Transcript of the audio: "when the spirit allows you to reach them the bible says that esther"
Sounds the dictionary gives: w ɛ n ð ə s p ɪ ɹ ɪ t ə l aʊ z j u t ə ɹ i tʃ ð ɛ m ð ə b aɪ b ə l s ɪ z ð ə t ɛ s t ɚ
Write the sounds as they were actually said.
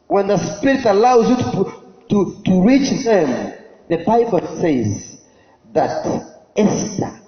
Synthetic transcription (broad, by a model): w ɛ n ð ə s p ɪ ɹ ɪ t ə l aʊ z j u t ə ɹ i tʃ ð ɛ m ð ə b aɪ b ə l s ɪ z ð ə t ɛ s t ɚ